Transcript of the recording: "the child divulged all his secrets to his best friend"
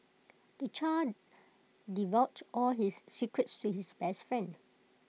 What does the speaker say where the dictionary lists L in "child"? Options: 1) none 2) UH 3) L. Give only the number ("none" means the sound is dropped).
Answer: 1